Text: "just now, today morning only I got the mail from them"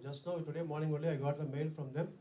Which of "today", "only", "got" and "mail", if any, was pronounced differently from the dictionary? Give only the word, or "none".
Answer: only